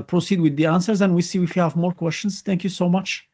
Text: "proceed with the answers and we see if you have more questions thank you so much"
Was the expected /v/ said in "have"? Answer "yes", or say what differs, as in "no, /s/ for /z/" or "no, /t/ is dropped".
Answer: yes